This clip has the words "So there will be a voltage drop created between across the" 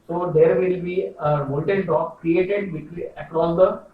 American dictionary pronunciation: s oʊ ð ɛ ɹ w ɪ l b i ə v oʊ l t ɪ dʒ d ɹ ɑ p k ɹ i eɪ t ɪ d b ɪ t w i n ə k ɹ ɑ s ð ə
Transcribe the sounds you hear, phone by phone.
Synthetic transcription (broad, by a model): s oʊ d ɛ ɹ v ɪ l b i ə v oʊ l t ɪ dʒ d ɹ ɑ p k ɹ i eɪ t ɪ d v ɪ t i ə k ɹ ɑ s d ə